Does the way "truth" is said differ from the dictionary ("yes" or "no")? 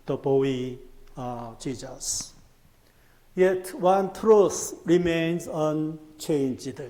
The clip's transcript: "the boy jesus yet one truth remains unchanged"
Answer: yes